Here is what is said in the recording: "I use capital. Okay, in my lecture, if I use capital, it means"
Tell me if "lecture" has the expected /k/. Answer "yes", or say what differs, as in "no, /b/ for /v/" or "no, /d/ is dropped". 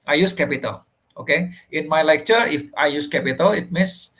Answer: yes